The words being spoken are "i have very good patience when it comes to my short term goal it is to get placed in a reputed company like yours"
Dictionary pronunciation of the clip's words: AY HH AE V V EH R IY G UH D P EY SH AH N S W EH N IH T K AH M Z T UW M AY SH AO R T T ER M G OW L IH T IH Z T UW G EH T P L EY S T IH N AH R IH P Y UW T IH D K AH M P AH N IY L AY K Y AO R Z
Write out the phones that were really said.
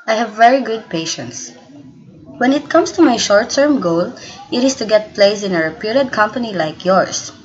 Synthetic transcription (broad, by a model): AY HH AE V V EH R IY G UH D P EY SH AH N S W EH N IH T K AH M S T UW M AY SH AO R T T ER M G OW L IH T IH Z T UW G EH T P L EY S IH N AH R IH P Y UW T IH D K AH M P AH N IY L AY K Y AO R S